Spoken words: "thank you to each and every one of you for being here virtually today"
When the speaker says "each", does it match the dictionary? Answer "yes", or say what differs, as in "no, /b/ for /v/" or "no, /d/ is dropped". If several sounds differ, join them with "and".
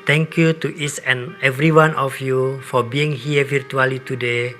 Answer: no, /s/ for /tʃ/